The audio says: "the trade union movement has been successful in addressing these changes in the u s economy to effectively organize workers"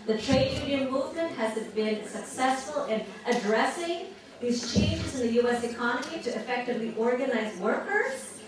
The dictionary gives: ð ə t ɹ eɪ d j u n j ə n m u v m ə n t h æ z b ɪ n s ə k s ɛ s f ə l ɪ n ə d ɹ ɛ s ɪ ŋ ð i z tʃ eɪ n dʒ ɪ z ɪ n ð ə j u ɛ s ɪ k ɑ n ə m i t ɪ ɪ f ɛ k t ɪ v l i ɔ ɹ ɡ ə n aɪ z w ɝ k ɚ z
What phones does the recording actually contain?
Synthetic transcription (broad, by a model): ð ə t ɹ eɪ d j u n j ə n m u v m ə n t h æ z b ɪ n s ə k s ɛ s f ə l ɪ n ə d ɹ ɛ s ɪ ŋ ð i z tʃ eɪ n dʒ ɪ z ɪ n ð ə j u ɛ s ɪ k ɑ n ə m i t ɪ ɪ f ɛ k t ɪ v l i ɔ ɹ ɡ ə n aɪ z w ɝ k ɚ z